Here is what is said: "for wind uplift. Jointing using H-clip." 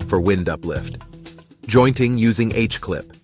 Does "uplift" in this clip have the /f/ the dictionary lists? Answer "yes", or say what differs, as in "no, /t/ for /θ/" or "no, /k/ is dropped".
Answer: yes